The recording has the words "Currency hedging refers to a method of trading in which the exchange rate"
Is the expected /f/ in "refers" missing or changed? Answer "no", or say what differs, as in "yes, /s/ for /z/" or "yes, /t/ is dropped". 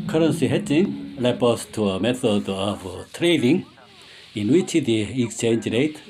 yes, /p/ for /f/